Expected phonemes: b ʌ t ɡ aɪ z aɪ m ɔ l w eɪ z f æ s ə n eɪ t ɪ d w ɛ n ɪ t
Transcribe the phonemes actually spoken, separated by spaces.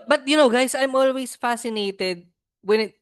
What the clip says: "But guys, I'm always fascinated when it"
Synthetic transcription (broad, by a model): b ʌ t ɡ aɪ s aɪ m ɔ l w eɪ s f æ s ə n eɪ t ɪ d w ɛ n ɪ t